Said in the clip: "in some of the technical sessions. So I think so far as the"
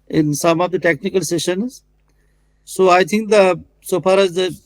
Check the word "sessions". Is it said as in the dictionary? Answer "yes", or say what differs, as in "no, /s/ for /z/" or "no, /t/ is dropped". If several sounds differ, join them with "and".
yes